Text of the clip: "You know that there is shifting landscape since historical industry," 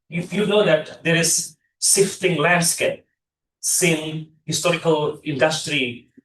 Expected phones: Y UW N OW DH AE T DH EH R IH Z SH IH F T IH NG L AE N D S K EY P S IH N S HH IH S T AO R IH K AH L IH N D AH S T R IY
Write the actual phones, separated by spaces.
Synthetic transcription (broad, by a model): Y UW N OW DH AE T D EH R IH Z S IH F T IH NG L AE N D S K EY P S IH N HH IH S T AO R IH K AH L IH N D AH S T R IY